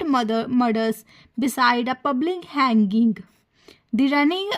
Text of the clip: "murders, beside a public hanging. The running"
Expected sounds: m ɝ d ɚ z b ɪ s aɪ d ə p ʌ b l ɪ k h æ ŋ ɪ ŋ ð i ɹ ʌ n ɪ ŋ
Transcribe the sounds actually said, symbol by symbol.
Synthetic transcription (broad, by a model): m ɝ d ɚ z b ɪ s aɪ d ə p ʌ b l ɪ k h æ ŋ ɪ ŋ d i ɹ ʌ n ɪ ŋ